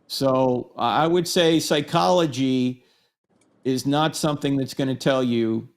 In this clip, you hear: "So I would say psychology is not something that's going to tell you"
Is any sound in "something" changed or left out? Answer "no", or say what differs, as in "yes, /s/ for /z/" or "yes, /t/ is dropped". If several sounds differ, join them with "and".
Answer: no